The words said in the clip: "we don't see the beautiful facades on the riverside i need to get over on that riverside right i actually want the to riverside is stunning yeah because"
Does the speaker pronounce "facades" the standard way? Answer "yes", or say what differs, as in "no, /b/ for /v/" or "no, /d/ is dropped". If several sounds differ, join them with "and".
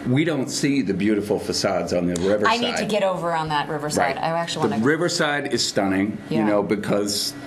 yes